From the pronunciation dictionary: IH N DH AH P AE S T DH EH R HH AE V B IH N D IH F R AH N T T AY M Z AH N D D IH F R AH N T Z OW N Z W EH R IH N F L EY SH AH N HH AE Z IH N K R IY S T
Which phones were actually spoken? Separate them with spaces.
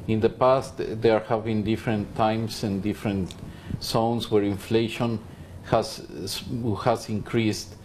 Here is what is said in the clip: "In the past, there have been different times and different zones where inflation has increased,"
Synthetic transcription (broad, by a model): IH N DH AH P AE S T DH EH R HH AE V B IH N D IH F R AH N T T AY M S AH N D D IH F R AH N T S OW N S W EH R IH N F L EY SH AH N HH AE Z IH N K R IY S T